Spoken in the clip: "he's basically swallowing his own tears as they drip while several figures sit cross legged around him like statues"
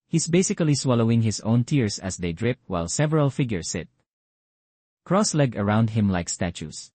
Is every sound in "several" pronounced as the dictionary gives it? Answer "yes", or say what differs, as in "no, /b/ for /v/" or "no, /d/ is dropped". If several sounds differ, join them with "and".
yes